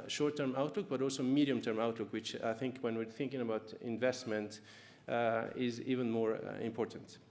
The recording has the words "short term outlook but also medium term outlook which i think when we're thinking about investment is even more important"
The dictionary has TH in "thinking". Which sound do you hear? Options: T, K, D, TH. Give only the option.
TH